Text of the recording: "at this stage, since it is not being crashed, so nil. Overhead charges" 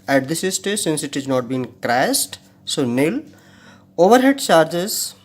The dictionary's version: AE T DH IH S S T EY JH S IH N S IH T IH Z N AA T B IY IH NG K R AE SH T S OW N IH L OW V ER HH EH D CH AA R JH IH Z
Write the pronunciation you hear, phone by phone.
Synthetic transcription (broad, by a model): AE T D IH S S T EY S IH N S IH T IH Z N AA T B IY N K R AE S T S OW N IH L OW V ER HH EH D CH AA R JH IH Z